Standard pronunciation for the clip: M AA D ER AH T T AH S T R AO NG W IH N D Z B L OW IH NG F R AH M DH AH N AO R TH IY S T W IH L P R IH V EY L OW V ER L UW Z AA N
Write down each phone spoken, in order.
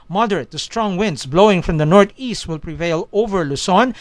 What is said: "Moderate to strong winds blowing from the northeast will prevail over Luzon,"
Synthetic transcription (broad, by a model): M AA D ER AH T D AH S T R AO NG W IH N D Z B L OW IH NG F R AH M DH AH N AO R T IY S T W IH L P R IH V EY L OW V ER L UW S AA N